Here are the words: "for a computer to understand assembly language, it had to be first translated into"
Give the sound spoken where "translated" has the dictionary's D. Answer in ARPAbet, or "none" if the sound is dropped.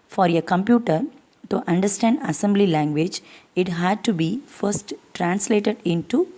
D